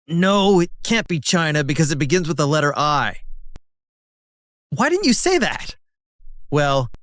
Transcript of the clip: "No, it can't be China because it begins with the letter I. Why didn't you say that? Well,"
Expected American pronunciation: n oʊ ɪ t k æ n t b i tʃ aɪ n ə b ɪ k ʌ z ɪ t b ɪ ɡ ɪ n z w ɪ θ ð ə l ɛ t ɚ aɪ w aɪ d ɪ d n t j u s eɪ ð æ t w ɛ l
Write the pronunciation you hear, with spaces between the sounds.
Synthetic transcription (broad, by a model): n oʊ ɪ t k æ n b i tʃ aɪ n ə b ɪ k ʌ z ɪ t b ɪ ɡ ɪ n z w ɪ ð ə l ɛ t ɚ aɪ w aɪ d ɪ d n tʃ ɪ s eɪ ð æ t w ɛ l